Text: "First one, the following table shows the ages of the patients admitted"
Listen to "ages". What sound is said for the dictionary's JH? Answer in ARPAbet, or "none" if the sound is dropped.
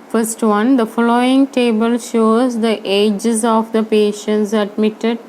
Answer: JH